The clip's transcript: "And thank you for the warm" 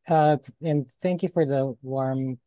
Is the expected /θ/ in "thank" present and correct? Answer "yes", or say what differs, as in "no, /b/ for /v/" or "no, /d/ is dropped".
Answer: yes